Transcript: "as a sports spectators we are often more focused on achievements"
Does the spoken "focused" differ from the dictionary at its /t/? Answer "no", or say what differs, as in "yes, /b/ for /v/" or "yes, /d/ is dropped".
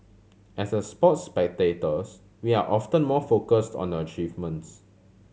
no